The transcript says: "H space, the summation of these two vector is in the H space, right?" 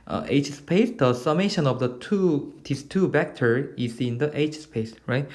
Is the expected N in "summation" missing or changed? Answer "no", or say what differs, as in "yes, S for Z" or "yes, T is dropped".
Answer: no